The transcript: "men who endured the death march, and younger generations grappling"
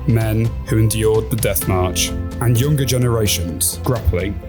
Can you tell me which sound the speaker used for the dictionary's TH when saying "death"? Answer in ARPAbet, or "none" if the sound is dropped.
TH